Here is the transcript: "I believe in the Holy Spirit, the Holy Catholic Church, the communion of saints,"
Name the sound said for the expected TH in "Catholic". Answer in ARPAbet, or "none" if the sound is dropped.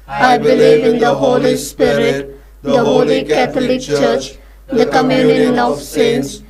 T